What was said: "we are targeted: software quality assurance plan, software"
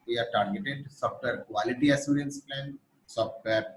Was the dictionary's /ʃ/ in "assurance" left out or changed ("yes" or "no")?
yes